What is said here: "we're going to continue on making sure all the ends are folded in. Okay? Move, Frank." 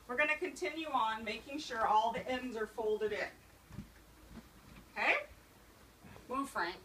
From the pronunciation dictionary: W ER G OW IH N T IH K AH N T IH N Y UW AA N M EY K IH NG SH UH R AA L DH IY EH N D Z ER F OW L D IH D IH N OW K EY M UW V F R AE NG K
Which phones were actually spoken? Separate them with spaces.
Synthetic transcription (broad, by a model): W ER G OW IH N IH K AH N T IH N Y UW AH N M EY K IH NG SH UH R AA L DH IY EH N D Z ER F OW L D IH D IH N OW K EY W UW F R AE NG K